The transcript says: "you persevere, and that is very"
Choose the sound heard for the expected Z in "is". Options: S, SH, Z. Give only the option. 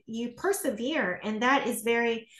Z